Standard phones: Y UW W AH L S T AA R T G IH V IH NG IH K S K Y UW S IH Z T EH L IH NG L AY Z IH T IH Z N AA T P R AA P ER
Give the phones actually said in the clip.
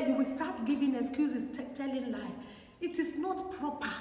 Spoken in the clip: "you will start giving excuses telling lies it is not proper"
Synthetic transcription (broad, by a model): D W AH S T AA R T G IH V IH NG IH K S K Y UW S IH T T EH L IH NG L AY IH T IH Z N AA T P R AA P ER